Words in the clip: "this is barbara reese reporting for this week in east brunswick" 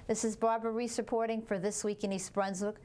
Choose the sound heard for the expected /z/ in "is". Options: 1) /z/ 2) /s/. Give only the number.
1